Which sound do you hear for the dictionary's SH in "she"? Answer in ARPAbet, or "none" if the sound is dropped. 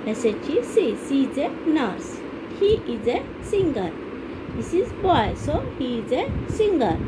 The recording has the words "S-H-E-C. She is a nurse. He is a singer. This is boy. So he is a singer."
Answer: S